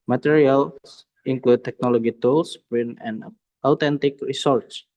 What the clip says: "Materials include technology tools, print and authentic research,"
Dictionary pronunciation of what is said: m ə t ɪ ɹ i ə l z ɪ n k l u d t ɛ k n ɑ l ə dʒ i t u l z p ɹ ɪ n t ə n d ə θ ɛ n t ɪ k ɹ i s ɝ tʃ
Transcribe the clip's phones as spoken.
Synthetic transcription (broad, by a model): m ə t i ɹ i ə l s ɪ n k l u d t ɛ k n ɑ l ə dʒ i t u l s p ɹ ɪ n ə n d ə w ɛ n t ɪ k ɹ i s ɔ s